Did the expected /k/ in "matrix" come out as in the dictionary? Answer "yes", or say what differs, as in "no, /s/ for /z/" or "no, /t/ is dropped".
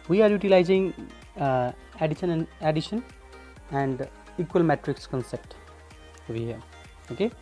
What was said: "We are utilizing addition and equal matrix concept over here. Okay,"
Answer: yes